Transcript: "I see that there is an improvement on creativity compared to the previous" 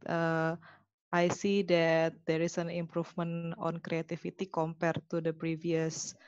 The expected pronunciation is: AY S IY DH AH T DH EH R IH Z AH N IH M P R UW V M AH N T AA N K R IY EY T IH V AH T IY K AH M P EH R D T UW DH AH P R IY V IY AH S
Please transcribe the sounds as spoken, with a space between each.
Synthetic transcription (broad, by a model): AY S IY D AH T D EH R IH S AH N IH M P R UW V M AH N AA N K R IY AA T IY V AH T IY K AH M P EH R T UW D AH P R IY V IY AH S